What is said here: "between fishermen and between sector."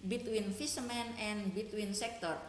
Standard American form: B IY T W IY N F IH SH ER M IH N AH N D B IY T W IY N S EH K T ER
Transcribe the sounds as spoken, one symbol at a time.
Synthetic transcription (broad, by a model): B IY T W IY N F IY S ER M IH N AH N B IY T W IY N S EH K T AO